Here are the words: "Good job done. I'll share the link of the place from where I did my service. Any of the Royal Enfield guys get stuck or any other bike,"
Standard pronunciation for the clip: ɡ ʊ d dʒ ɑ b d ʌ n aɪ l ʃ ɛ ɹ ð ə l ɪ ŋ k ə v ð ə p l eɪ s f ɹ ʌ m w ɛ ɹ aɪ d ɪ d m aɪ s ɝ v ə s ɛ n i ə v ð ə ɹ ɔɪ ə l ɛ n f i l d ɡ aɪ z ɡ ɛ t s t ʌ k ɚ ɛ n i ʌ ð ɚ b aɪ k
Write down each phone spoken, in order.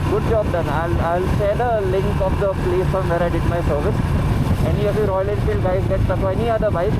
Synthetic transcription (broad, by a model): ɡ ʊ d dʒ ɑ b d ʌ n aɪ l s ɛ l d ə l ɪ ŋ k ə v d ə p l eɪ s f ɹ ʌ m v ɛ ɹ aɪ d ɪ d m aɪ s ɝ v ə s ɛ n i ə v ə ɹ ɔɪ ə l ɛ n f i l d ɡ aɪ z ɡ ɛ t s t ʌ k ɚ ɛ n i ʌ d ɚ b aɪ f